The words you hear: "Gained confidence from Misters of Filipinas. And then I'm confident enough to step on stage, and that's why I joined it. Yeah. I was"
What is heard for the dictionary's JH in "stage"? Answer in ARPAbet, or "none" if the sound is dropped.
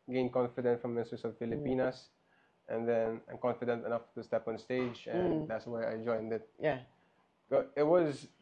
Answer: JH